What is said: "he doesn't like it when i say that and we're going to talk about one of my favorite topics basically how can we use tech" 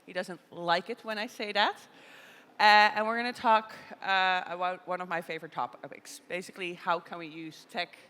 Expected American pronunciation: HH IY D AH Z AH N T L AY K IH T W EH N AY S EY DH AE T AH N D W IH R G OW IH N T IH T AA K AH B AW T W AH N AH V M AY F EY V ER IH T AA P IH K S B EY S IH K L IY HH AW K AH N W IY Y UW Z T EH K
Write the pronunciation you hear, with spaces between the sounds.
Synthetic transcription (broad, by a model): HH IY D AH Z AH N T L AY K IH T W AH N AY S EY DH AE T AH N W IH R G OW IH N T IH T AA K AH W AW W AH N AH V M AY F EY V ER IH T AA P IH K S B EY S IH K L IY HH AW K AH N W IY Y UW Z T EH K